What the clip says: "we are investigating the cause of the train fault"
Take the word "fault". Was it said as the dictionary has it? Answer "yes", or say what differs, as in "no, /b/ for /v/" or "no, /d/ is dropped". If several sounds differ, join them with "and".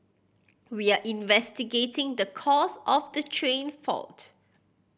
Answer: yes